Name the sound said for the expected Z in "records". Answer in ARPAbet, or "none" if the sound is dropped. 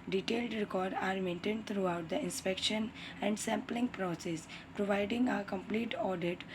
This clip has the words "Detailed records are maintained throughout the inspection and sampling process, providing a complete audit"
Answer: none